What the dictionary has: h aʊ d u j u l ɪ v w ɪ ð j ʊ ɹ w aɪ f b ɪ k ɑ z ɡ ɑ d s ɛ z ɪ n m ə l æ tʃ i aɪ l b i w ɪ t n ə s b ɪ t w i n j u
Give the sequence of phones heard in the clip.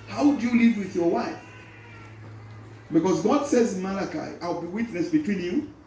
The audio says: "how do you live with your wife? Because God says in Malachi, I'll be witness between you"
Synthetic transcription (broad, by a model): h aʊ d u j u l ɪ v w ɪ ð j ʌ ɹ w aɪ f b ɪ k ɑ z ɡ ɑ d s ɛ z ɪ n m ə l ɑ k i aɪ l b i w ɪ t n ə s b ɪ t w i n j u